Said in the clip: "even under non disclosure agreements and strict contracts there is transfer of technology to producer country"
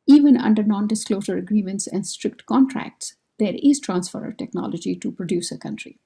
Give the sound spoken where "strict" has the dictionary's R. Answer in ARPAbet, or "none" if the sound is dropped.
R